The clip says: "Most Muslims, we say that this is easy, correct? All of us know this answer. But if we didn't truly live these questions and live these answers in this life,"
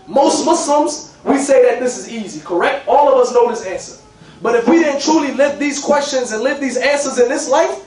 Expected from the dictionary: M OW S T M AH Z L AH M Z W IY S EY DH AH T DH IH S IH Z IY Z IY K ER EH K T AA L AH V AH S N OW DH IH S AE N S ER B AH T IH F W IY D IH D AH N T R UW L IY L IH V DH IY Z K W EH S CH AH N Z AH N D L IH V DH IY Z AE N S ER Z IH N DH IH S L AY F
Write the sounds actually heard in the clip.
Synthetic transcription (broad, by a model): M OW S T M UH S L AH M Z W IY S EY DH AH T DH IH S IH Z IY Z IY K ER EH K T AA L AH V AH S N OW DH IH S AE N S ER B AH T IH F W IY D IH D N T R UW L IY L IH V DH IY Z K W EH S CH AH N Z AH N L IH V DH IY Z AE N S ER Z IH N DH IH S L AY F